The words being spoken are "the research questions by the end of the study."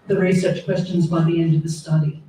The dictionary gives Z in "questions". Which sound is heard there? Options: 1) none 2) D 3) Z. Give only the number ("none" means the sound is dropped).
3